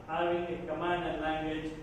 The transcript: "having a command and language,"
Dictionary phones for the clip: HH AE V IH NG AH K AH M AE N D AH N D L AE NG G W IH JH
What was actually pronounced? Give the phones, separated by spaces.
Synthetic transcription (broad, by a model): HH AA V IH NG AH K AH M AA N AH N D L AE NG G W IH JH